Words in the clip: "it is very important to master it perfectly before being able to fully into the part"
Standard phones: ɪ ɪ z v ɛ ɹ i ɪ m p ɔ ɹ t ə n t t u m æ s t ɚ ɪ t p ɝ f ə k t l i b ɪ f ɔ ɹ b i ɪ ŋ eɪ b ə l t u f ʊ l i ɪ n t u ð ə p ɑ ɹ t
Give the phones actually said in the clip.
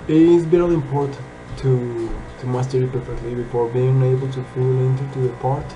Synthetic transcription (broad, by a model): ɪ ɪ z b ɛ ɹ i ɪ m p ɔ ɹ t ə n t t u m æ s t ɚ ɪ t p ɝ f ə k t l i b ɪ f ɔ ɹ b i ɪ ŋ eɪ b ə l t u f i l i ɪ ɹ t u ð ə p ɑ ɹ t